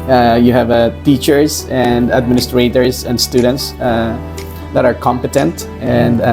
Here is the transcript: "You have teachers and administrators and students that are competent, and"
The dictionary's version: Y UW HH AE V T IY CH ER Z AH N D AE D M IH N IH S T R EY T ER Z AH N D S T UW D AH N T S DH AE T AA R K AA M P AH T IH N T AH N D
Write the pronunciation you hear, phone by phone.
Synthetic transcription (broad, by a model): Y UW HH AE V T IY CH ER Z AH N D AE D M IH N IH S T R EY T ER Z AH N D S T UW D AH N T S DH AE T AA R K AA M P AH T IH N T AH N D